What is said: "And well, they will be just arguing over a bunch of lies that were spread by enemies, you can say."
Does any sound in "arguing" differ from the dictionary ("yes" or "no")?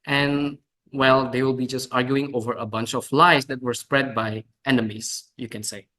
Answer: no